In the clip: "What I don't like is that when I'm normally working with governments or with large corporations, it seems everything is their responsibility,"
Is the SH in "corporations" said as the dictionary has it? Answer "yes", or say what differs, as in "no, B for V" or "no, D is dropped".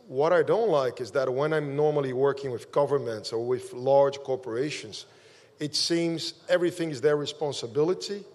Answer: yes